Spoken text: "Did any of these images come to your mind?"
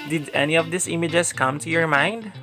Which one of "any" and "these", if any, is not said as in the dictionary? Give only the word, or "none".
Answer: these